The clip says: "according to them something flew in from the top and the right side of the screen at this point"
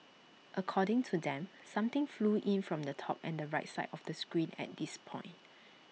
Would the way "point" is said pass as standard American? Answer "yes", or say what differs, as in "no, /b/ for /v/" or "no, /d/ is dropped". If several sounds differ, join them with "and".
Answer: yes